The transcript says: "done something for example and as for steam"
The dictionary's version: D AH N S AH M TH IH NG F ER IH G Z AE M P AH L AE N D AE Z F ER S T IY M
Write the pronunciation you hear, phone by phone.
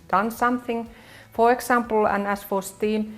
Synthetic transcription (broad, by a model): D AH N S AH M TH IH NG F ER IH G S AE M P L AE N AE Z F ER S T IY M